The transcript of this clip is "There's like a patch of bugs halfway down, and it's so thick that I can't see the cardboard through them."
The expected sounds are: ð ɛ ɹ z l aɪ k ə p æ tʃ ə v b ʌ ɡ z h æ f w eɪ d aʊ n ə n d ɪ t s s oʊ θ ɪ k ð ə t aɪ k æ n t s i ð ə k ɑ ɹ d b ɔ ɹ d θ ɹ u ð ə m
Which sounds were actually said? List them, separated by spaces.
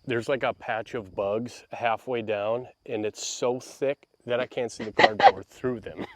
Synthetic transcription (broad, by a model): ð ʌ ɹ z l aɪ k ə p æ tʃ ə v b ʌ ɡ z h æ f w eɪ d aʊ n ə n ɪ t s s oʊ θ ɪ k ð ə t aɪ k æ n t s i ð ə k ɑ ɹ d b ɔ ɹ d θ ɹ u ð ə m